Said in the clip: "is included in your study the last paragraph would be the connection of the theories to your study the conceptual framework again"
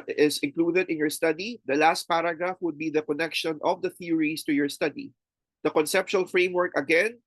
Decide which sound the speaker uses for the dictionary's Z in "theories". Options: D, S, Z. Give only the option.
S